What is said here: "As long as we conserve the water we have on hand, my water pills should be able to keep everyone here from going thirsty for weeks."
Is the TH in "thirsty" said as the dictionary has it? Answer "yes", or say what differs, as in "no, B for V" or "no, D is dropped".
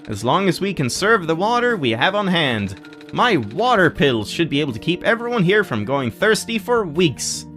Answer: yes